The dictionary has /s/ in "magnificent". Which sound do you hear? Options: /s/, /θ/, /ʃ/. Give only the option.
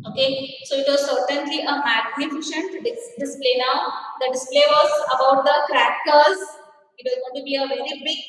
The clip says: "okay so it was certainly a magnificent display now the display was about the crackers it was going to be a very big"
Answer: /ʃ/